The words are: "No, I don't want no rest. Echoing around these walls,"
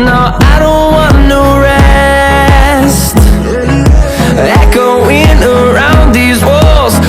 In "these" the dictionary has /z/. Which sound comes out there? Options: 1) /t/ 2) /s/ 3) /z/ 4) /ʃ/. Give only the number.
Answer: 3